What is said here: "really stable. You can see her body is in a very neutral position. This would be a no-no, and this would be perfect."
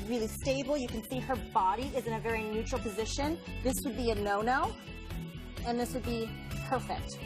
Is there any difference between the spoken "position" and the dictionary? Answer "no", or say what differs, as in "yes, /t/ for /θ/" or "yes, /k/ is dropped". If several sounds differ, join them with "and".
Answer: no